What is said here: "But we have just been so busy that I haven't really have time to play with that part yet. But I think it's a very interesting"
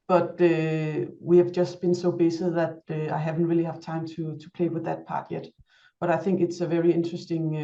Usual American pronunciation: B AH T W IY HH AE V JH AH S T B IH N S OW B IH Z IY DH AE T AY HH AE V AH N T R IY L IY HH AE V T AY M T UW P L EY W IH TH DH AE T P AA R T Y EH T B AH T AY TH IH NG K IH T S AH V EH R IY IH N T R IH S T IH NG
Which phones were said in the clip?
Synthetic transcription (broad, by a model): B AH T W IY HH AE V JH AH S T B IH N S OW B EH S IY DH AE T AY HH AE V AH N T R IY L IY HH AE V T AY M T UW P L EY W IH DH AE T P AA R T Y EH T B AH T AY TH IH NG K IH T S AH V EH R IY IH N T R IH S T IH NG